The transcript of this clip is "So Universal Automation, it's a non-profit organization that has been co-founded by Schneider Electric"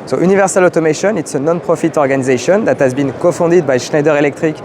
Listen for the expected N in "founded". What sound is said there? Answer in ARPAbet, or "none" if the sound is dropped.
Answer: none